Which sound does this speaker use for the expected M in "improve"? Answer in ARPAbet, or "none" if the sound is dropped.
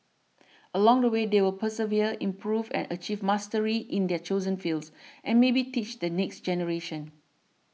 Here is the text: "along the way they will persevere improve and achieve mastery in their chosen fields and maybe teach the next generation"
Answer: M